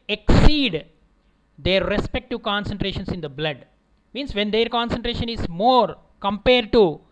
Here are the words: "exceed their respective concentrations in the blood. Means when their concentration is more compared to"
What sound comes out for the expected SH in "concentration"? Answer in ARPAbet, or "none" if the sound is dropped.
SH